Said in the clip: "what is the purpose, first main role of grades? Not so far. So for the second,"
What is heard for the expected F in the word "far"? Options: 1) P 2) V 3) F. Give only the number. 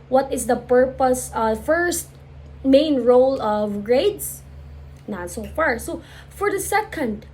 3